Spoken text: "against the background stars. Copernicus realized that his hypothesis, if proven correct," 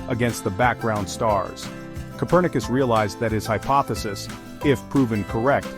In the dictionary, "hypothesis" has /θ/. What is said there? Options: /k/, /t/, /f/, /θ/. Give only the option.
/θ/